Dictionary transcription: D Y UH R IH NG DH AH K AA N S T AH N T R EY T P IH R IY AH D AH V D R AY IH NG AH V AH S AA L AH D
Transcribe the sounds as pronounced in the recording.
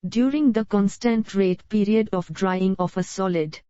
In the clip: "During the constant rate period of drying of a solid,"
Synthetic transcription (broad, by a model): D Y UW R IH NG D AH K AA N S T AH N T R EY T P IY R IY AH D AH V D R AY IH NG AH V AH S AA L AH D